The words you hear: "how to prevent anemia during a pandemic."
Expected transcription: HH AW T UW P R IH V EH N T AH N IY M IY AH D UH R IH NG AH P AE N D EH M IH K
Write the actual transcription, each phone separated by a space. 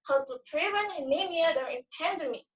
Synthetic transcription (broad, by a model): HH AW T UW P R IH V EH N AH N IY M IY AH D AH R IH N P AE N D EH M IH